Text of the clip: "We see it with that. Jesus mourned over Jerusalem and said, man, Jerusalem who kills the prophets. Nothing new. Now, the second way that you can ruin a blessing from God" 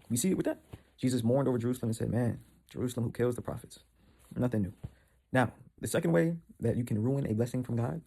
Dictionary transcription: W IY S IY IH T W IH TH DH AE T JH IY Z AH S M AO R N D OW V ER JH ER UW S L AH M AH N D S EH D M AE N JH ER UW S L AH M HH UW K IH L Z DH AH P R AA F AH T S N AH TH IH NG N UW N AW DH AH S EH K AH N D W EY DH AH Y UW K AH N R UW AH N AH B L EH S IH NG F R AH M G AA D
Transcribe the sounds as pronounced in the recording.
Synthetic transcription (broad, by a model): W IY S IY IH T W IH DH AE T JH IY Z AH S M AO R N D OW V ER JH ER UW S L AH M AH N S EH D M AE N JH ER UW S L AH M HH UW K IH L Z DH AH P R AA F AH T S N AH TH IH NG N UW N AW DH AH S EH K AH N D W EY DH AH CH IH K AH N R UW AH N AH B L EH S IH NG F R AH M G AA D